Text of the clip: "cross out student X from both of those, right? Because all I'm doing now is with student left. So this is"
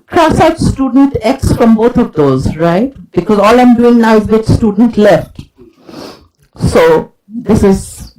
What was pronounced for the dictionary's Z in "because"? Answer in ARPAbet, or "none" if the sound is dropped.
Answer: Z